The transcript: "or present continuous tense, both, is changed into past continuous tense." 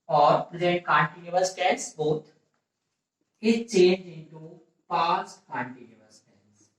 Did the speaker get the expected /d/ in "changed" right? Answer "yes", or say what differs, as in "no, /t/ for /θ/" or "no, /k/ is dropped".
no, /d/ is dropped